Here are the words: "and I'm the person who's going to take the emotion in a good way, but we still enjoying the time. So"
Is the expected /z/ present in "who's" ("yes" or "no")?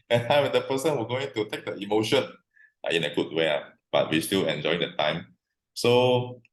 no